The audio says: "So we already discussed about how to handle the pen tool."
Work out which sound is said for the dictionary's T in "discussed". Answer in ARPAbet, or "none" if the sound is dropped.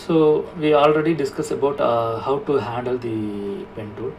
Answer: none